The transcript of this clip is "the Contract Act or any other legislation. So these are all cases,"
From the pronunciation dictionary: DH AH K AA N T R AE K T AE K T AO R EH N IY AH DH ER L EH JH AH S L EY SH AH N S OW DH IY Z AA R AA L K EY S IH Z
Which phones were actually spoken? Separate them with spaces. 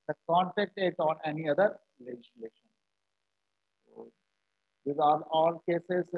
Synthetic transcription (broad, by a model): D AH K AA N T EH K T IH T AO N EH N IY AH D ER L EH JH AH S L EY SH AH N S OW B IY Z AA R AA L K EY S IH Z